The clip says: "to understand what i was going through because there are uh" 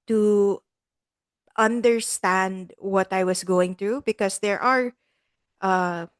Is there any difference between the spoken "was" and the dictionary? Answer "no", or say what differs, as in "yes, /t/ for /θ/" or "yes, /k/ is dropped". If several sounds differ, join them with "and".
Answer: yes, /s/ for /z/